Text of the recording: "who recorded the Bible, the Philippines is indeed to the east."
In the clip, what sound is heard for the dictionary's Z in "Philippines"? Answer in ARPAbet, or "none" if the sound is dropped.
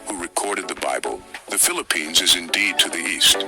Z